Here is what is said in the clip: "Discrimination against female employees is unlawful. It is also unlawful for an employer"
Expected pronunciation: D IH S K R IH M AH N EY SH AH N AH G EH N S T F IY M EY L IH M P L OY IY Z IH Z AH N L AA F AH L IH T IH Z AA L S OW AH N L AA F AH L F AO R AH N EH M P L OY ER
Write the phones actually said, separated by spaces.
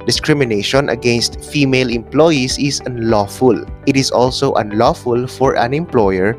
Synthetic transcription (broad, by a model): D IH S K R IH M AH N EY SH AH N AH G EH N S T F IY M EY L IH M P L OY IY S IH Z AH N L AA F AH L IH T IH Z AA L S OW AH N L AA F AH L F AO R AH N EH M P L OY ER